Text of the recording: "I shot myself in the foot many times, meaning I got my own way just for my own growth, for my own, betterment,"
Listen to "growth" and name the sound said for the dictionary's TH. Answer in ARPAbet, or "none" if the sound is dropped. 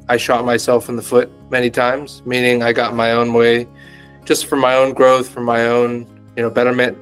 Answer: TH